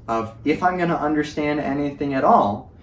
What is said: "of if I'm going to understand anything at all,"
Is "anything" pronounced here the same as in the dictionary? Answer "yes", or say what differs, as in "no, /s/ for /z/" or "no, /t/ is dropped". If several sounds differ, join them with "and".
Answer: yes